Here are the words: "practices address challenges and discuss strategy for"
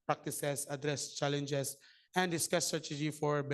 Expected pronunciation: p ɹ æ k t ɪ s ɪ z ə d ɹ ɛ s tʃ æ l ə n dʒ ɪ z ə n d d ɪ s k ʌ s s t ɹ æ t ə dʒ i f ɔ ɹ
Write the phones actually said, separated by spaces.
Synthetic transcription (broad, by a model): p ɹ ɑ k t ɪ s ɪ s ə d ɹ ɛ s tʃ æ l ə n dʒ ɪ s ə n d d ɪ s k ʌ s s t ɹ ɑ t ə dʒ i f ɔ ɹ